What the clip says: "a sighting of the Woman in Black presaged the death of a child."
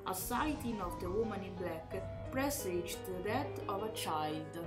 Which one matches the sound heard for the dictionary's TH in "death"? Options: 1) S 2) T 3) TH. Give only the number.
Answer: 2